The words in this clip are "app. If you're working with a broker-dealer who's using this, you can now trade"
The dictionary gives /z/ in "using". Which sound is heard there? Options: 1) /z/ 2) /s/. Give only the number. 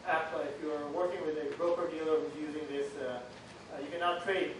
1